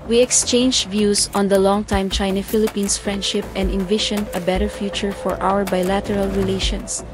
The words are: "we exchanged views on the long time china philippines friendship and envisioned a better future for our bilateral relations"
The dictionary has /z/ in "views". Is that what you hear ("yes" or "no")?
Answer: no